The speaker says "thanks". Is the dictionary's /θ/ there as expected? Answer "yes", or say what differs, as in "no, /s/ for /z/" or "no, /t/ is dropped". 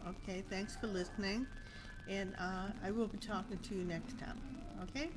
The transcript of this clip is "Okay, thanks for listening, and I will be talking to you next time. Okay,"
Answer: yes